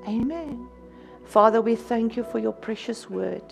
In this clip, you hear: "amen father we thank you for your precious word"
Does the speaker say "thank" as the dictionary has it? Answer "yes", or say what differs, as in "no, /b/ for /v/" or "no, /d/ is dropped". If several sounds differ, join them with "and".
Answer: yes